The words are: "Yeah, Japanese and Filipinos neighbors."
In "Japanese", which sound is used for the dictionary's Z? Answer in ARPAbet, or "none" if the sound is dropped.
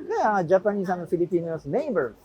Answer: S